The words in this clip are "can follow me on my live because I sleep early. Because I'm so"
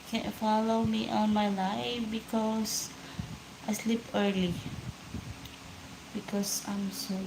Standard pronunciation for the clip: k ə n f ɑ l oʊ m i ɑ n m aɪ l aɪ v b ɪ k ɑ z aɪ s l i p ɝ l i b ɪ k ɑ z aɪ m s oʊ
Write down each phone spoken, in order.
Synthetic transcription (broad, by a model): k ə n f ɑ l oʊ m i ɑ n m aɪ l aɪ f b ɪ k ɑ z aɪ s l i p ɝ l i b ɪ k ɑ s aɪ m s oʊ